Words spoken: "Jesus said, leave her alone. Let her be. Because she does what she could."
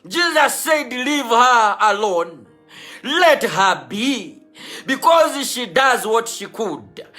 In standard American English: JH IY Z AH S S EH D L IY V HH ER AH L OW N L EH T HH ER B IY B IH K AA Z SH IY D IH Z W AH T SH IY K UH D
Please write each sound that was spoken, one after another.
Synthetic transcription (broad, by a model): JH IY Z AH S S EH D L IY V HH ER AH L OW N L EH T HH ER B IY B IH K AA Z SH IY D IH Z W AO T SH IY K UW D